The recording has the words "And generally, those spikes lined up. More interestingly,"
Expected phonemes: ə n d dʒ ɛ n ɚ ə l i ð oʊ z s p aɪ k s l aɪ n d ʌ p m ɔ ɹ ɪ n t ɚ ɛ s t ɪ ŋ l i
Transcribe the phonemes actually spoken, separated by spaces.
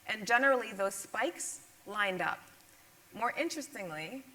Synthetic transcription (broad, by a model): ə n dʒ ɛ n ɚ l i ð oʊ z s p aɪ k s l aɪ n d ʌ p m ɔ ɹ ɪ n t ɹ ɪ s t ɪ ŋ l i